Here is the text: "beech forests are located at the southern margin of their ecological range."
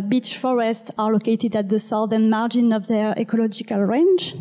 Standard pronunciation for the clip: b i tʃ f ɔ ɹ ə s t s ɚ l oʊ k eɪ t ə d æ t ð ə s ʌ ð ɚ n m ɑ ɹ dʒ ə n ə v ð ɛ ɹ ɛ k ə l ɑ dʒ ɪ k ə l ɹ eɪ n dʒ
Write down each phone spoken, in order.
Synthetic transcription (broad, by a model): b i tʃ f ɔ ɹ ə s t s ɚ l oʊ k eɪ t ə d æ t ð ə s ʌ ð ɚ n m ɑ ɹ dʒ ə n ə v ð ɛ ɹ ɛ k ə l ɑ dʒ ɪ k ə l ɹ eɪ n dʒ